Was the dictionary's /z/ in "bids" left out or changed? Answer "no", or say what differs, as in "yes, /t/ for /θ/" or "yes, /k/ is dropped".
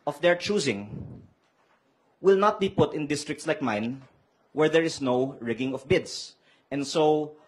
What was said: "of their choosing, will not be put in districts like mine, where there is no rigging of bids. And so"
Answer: yes, /s/ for /z/